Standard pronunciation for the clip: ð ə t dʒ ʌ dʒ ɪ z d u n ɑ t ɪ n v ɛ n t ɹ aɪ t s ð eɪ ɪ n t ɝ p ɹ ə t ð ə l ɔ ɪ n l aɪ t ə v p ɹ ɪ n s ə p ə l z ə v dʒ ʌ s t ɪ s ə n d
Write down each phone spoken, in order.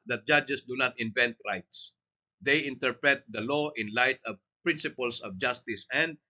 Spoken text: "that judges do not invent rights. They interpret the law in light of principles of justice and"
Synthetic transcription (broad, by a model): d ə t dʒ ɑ dʒ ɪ s d u n ɑ t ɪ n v ɛ n t ɹ aɪ t s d eɪ ɪ n t ɝ p ɹ ə t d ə l ɔ ɪ n l aɪ t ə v p ɹ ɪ n s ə p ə l s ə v dʒ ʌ s t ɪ s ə n d